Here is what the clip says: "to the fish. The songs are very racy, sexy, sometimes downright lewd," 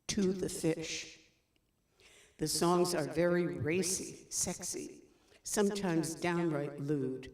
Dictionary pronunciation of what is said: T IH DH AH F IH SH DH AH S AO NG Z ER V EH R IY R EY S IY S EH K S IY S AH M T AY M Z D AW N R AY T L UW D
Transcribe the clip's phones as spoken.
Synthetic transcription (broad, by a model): T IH DH AH F IH SH DH AH S AO NG Z ER V EH R IY R EY S IY S EH K S IY S AH M T AY M Z D AW N R AY T L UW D